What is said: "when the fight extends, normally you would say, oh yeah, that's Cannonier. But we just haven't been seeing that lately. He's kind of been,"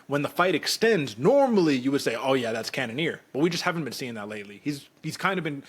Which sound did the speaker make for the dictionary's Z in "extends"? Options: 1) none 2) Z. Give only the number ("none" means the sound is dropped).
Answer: 2